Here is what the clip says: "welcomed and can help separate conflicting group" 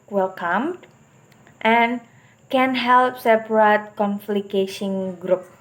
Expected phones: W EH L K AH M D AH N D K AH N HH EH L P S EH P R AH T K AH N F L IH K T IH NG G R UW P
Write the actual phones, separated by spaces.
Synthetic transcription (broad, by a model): W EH L K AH M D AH N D K AH N HH EH L P S EH P R AH T K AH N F L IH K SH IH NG G R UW P